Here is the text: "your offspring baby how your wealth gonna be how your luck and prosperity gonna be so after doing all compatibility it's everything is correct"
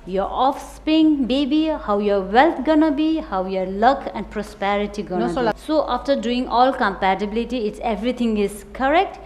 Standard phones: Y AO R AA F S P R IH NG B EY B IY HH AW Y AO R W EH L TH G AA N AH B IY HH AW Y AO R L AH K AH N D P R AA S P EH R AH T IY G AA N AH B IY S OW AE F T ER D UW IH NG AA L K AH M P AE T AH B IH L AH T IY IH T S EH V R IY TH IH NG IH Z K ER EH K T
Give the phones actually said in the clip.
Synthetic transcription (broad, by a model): Y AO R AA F S P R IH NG B EY B IY HH AW Y AO R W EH L T G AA N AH B IY HH AW Y AO R L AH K AH N D P R AA S P EH R AH T IY G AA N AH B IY S OW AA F T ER D UW IH NG AA L K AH M P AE T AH B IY L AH T IY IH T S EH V R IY T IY NG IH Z K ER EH K T